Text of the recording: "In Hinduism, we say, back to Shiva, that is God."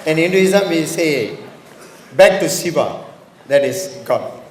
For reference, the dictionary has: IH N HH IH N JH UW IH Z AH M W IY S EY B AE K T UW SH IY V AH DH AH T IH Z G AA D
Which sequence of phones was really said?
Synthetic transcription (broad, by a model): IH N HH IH N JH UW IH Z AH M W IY S EY B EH K T UW S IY B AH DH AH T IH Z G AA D